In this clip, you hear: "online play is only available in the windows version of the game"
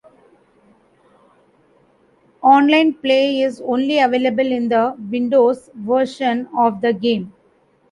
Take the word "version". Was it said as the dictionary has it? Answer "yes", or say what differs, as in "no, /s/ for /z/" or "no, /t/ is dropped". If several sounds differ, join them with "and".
no, /ʃ/ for /ʒ/